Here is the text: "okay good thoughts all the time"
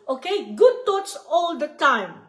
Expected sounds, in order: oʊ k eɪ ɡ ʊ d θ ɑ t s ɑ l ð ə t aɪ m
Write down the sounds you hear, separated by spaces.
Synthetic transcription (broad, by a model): oʊ k eɪ ɡ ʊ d t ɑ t s ɑ l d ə t aɪ m